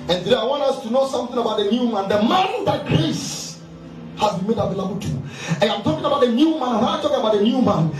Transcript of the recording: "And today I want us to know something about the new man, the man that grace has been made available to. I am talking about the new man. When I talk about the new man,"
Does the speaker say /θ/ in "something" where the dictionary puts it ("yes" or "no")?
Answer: yes